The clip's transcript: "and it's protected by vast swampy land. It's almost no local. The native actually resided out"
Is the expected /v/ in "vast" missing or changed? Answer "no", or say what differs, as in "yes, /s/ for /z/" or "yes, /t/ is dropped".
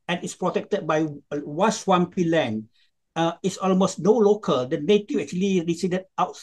yes, /w/ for /v/